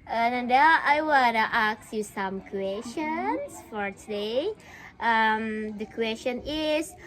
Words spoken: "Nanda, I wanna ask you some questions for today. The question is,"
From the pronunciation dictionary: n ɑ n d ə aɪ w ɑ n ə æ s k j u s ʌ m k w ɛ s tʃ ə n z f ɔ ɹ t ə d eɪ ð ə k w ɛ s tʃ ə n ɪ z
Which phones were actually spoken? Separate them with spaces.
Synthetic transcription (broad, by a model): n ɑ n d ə aɪ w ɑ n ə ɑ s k j u s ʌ m k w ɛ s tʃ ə n s f ɔ ɹ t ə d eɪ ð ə k w ɛ s tʃ ə n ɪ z